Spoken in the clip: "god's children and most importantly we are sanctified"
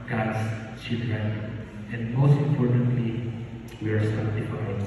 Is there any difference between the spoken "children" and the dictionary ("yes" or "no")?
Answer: yes